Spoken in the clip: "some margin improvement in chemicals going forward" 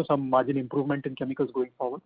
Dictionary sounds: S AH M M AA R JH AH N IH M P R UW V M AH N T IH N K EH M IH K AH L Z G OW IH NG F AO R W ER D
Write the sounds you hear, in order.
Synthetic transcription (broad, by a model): S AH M M AA R JH AH N IH M P R UW V M AH N T IH N K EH M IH K AH L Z G OW IH NG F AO R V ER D